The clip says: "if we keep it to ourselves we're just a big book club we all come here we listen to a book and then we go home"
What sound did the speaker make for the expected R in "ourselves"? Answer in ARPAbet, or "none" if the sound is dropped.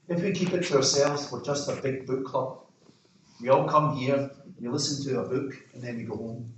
R